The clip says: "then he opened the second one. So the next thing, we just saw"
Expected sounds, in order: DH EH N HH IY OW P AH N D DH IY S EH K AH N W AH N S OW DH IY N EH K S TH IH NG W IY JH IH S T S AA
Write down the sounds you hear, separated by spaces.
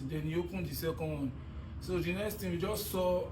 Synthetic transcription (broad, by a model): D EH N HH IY OW P AH N D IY S EH K AH N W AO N S OW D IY N EH K S T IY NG W IY JH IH S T S AA